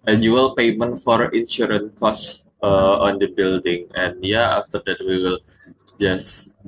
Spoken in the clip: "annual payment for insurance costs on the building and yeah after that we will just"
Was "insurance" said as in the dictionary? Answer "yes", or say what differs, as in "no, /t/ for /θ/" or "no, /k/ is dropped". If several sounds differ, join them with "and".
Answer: no, /s/ is dropped